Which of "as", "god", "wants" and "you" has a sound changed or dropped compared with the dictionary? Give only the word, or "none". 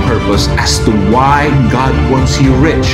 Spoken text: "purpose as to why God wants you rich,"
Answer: as